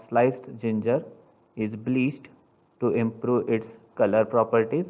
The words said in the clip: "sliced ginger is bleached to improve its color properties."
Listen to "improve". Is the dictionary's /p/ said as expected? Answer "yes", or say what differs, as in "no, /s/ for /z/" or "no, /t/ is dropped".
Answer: yes